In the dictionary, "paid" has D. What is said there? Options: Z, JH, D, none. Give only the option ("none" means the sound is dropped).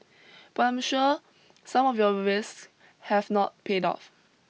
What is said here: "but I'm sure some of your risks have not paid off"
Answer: D